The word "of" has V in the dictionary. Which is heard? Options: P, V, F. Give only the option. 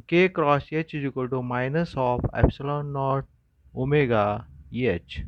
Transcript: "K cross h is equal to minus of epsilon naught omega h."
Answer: P